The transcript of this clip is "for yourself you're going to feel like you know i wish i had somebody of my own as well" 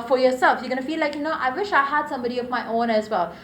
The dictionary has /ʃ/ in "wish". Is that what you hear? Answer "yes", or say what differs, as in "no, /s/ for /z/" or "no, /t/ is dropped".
yes